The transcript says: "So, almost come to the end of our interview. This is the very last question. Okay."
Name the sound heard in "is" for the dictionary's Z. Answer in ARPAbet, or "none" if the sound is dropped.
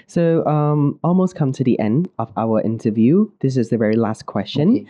Z